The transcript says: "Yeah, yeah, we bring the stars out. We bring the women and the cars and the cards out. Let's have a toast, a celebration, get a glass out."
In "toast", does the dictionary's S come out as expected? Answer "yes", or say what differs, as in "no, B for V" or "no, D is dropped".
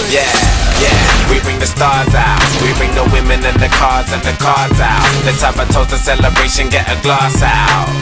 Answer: no, S is dropped